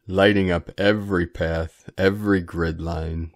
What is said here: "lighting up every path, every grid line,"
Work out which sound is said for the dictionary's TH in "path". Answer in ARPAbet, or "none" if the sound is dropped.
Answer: TH